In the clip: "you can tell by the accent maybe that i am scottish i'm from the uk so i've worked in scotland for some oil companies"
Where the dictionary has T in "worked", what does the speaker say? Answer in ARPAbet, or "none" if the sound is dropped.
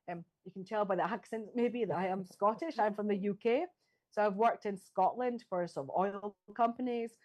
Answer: T